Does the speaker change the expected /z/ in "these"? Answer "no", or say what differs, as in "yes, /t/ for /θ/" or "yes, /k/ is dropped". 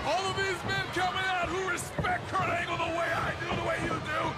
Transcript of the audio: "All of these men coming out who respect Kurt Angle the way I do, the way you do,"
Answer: no